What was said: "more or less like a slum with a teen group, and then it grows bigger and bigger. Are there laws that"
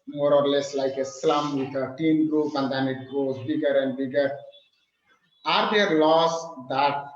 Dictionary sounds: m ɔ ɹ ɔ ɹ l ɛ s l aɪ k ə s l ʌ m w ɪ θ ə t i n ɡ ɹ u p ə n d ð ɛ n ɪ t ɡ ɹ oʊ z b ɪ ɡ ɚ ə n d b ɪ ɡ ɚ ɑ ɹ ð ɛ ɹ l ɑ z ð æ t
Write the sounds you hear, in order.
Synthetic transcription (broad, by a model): m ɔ ɹ ɔ ɹ l ɛ s l aɪ k ə s l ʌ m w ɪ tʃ ə t i n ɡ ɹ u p ə n d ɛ n ɪ t ɡ oʊ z b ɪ ɡ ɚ ə n d b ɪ ɡ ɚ ɑ ɹ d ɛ ɹ l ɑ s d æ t